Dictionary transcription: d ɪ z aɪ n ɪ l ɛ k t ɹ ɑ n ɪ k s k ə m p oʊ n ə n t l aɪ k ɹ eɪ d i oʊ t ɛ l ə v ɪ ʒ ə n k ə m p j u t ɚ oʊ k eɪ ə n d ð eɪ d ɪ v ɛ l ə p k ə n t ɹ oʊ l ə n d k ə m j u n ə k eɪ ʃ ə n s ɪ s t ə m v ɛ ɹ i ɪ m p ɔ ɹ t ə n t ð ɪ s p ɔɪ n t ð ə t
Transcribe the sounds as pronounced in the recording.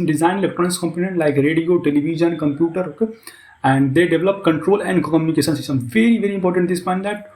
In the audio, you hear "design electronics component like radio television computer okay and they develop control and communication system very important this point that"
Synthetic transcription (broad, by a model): d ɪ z aɪ n l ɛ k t ɑ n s k ə m p oʊ n ə n t l aɪ k ɹ eɪ d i oʊ t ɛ l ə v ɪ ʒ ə n k ə m p j u t ɚ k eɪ ə n d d eɪ d ɪ v ɛ l ə p k ə n t ɹ oʊ l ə n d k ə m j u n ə k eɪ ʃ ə n s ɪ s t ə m v ɛ ɹ i ɪ m p ɔ ɹ t ə n t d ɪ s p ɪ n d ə t